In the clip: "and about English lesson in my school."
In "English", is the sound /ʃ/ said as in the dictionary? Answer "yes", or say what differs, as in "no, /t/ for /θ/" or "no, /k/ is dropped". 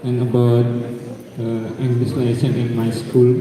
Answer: no, /s/ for /ʃ/